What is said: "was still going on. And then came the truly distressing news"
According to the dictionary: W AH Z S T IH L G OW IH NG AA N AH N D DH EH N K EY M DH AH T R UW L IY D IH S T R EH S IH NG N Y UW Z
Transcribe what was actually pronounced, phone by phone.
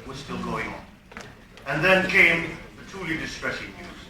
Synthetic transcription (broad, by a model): W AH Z S T IH L G OW IH NG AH N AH N DH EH N K EY M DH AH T UW L IY D IH S T R EH S IH NG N Y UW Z